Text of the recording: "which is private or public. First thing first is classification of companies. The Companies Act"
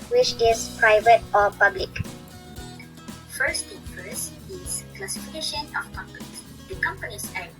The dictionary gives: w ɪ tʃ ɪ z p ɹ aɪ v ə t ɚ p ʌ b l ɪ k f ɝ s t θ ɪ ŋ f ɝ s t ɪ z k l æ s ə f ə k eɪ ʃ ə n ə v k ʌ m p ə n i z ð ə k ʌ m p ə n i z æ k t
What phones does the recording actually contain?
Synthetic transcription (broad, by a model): w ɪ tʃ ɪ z p ɹ aɪ v ə t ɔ p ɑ b l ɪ k f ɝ s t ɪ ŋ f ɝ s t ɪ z k l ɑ s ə f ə k eɪ ʃ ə n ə f k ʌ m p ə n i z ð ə k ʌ m p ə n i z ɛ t